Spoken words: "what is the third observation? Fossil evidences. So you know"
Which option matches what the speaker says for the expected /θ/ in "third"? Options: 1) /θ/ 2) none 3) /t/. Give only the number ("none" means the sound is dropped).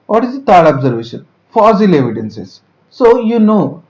3